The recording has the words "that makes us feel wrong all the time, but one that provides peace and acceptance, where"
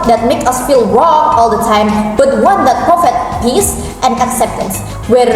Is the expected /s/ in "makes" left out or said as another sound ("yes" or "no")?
yes